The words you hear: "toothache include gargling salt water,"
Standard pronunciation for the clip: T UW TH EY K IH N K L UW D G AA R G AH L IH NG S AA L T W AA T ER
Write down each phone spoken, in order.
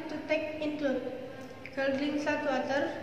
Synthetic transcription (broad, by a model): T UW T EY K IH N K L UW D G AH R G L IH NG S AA T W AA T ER